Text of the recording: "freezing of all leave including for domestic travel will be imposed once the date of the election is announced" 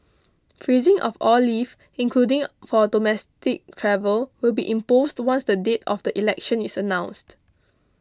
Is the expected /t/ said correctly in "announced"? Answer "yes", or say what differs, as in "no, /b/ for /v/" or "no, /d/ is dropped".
yes